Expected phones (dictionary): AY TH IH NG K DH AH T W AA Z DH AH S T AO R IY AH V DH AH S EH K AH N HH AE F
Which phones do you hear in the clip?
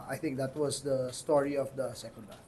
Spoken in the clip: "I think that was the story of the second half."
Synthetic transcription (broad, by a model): AY T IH NG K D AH T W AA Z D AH S T AO R IY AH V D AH S EH K AH N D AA